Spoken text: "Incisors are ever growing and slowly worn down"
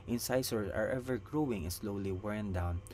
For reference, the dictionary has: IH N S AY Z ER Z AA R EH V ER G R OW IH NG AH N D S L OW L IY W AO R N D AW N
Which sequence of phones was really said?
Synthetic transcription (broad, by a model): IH N S AY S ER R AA R EH V ER G R OW IH NG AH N S L OW L IY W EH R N D AW N